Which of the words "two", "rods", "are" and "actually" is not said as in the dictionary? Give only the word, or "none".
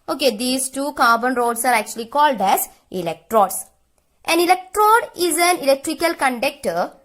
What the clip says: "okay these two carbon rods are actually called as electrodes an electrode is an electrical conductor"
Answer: rods